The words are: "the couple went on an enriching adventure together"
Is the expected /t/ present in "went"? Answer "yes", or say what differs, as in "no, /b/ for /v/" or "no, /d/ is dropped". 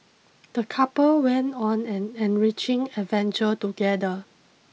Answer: yes